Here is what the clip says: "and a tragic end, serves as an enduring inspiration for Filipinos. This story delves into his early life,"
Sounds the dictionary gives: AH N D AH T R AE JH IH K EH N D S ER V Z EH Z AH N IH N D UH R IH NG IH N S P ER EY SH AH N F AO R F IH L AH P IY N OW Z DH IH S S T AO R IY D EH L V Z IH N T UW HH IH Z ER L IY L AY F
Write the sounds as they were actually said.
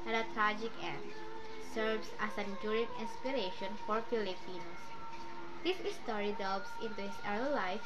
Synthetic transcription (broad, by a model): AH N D AH T R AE JH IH K EH N D S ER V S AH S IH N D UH R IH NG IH N S P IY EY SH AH N F AO R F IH L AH P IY N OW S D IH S S T AO R IY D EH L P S IH N T UW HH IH S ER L L AY F